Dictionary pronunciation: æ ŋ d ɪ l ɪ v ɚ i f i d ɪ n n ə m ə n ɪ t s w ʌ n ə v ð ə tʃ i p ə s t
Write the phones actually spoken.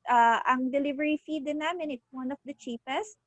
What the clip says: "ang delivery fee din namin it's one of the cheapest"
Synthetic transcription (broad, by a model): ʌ ŋ d ɪ l ɪ v ɚ i f i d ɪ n n ə m ə n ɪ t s w ʌ n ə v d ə tʃ i p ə s t